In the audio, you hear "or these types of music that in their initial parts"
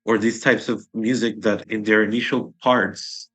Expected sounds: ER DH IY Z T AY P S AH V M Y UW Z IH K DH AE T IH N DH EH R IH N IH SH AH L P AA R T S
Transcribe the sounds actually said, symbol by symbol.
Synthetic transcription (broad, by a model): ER DH IY Z T AY P S AH V M Y UW Z IH K DH AE T IH N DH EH R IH N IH SH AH L P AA R T S